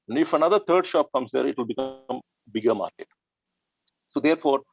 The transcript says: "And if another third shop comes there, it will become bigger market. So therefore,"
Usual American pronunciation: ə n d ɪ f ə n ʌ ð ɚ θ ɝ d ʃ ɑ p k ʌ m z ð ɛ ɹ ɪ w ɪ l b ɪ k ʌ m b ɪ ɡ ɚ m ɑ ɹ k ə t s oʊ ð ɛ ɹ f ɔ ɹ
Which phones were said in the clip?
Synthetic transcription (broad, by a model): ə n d ɪ f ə n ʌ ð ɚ t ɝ d ʃ ɑ p k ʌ m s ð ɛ ɹ ɪ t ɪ l b ɪ k ʌ m b ɪ ɡ ɚ m ɑ ɹ k ə t s oʊ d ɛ ɹ f ɔ ɹ